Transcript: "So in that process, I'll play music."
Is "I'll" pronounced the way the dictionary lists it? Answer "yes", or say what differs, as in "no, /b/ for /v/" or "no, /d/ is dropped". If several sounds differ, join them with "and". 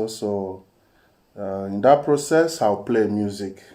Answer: no, /w/ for /l/